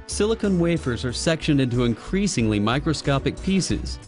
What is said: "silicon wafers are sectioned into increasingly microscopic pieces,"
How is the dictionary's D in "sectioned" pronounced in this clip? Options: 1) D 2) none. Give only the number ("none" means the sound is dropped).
1